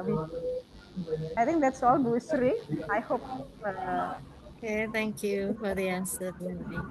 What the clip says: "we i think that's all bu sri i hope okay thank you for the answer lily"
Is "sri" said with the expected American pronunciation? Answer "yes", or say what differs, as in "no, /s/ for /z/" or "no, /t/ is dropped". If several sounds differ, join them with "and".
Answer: yes